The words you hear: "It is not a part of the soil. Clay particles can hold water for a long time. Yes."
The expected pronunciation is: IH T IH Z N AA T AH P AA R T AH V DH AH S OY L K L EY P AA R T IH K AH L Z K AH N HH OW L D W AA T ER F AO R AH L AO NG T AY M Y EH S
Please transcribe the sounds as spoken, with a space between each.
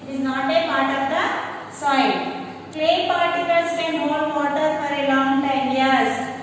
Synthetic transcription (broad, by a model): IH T IH Z N AA T AH P AA R T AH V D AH S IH N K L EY P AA R T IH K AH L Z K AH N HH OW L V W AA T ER F AO R AH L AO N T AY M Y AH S